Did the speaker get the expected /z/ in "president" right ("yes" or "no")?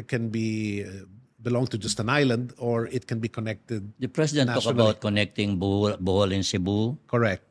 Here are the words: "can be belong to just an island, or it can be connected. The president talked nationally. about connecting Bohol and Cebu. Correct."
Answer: no